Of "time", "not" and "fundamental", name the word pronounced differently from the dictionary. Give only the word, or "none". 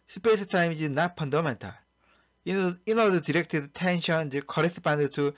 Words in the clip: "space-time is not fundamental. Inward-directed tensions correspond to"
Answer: fundamental